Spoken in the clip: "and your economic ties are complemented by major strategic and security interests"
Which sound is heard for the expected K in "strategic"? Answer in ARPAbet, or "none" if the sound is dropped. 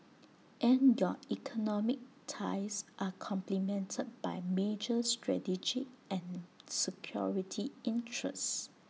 none